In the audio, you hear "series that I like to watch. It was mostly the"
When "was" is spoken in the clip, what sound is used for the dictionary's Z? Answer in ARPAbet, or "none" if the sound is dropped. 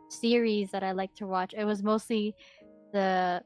Z